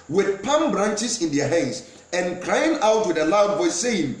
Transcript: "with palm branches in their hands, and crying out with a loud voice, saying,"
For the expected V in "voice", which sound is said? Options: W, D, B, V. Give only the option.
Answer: B